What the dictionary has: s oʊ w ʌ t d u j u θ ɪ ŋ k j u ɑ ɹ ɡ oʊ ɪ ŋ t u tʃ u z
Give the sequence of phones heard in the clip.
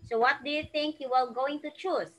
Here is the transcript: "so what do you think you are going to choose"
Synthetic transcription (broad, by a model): s oʊ w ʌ t d u j u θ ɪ ŋ k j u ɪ l ɡ oʊ ɪ ŋ t u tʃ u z